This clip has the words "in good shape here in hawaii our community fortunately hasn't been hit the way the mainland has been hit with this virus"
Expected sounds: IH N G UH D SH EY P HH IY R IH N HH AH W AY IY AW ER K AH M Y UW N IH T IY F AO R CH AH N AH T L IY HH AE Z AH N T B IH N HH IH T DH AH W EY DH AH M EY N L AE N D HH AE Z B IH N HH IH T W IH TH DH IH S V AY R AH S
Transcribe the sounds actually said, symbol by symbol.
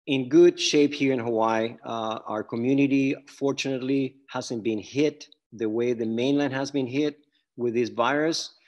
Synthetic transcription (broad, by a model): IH N G UH D SH EY P HH IY R IH N HH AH W AY AW ER K AH M Y UW N IH T IY F AO R CH AH N AH T L IY HH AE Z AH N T B IH N HH IH T DH AH W EY DH AH M EY N L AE N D HH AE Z B IH N HH IH T W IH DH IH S V AY R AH S